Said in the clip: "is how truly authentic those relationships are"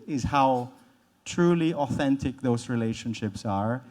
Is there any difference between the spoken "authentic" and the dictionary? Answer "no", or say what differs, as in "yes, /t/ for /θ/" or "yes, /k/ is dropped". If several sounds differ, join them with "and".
no